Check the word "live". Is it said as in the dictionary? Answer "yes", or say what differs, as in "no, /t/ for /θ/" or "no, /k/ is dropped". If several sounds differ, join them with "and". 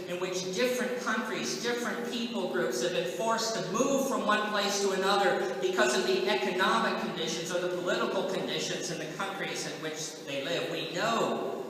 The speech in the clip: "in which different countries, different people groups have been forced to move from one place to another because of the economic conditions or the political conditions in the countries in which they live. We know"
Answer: yes